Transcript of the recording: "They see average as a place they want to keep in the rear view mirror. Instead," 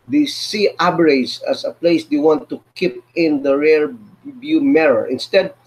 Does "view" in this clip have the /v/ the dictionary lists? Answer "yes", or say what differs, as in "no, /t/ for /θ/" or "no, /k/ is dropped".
no, /b/ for /v/